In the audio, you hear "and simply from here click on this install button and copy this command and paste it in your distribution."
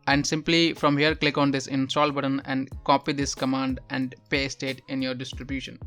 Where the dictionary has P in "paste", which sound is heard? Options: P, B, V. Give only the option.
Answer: P